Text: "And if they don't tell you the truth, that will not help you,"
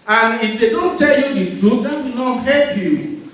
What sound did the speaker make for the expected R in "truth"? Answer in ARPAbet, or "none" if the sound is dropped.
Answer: none